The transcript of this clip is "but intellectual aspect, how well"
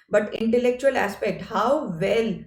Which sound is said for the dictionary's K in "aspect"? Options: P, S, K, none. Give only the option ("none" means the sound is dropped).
K